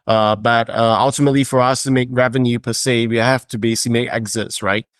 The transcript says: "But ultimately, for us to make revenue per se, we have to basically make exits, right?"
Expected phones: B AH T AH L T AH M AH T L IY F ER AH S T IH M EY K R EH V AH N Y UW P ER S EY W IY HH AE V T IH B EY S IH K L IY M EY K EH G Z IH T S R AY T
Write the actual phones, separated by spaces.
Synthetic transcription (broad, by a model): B AH T AH L T AH M AH T L IY F ER AH S T IH M EY K R EH V AH N Y UW P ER S EY W IY HH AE F T IH B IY S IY M EY K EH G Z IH T S R AY T